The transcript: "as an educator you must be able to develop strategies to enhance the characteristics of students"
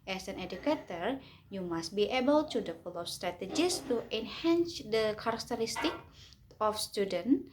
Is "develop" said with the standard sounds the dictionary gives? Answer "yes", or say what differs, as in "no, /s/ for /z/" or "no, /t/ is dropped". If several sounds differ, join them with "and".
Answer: no, /p/ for /v/ and /f/ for /p/